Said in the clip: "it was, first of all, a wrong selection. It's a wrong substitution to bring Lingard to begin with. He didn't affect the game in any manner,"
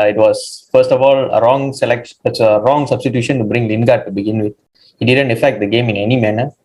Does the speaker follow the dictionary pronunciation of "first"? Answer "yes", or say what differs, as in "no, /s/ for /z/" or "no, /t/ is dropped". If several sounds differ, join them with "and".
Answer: yes